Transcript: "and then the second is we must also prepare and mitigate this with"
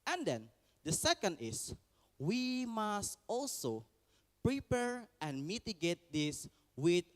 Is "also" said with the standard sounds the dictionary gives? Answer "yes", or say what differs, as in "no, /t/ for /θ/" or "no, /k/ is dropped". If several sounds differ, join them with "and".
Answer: yes